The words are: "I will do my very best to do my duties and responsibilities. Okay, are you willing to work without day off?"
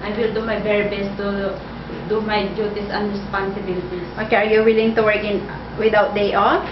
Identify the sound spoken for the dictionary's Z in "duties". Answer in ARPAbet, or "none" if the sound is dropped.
S